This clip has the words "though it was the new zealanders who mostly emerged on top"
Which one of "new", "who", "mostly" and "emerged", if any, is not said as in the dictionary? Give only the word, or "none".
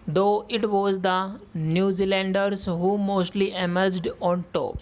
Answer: none